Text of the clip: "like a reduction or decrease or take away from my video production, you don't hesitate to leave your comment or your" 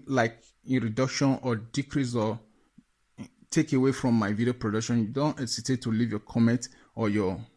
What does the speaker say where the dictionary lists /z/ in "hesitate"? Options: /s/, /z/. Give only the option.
/s/